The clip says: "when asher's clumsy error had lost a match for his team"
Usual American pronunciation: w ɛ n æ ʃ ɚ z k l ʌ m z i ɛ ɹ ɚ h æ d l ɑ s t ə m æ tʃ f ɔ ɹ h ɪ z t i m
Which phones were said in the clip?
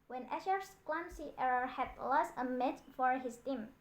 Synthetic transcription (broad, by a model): w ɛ n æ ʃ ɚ s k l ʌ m s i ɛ ɹ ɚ h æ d l ɑ s t ə m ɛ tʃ f ɔ ɹ h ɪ s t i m